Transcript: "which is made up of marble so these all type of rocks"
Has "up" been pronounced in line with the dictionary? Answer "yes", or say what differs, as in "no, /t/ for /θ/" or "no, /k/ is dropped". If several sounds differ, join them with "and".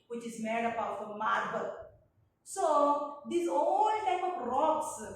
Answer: no, /b/ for /p/